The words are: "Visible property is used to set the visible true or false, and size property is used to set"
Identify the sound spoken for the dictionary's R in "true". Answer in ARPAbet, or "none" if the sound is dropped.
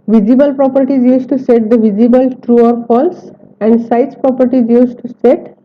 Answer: R